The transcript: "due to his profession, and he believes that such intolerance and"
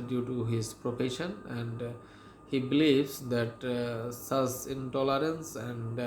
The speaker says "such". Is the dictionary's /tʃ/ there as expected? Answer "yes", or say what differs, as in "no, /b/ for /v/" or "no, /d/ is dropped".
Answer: no, /s/ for /tʃ/